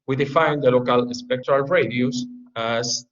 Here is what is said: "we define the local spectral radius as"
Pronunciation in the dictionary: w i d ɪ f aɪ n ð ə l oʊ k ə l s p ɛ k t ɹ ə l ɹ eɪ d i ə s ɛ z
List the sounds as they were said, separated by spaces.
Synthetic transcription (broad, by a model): w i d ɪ f aɪ n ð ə l oʊ k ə l s p ɛ k t ɹ ə l ɹ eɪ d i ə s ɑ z